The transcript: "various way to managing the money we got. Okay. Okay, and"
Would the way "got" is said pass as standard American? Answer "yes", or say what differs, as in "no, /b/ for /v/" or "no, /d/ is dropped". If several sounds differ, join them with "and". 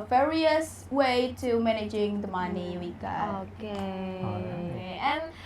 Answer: no, /t/ is dropped